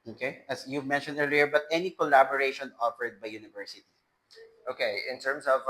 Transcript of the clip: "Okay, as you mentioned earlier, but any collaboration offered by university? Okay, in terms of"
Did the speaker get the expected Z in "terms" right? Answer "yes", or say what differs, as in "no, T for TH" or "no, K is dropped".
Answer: no, S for Z